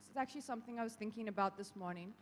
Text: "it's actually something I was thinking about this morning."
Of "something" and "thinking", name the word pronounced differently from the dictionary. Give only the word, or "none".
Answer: none